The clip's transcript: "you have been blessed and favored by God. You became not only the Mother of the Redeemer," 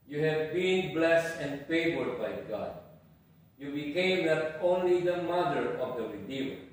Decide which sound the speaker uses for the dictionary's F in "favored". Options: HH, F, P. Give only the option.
F